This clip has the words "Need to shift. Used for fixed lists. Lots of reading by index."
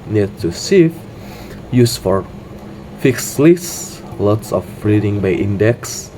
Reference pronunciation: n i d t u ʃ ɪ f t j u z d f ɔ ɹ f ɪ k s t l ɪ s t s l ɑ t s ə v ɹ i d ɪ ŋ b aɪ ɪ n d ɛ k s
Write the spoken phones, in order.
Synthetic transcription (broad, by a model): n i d t u s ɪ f j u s f ɔ ɹ f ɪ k s l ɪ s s l ɑ t s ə f ɹ i d ɪ ŋ b aɪ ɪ n d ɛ k s